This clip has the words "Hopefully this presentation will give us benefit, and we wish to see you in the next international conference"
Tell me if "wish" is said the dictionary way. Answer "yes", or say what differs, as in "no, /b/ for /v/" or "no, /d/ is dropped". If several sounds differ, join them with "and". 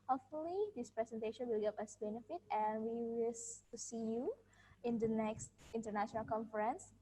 no, /s/ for /ʃ/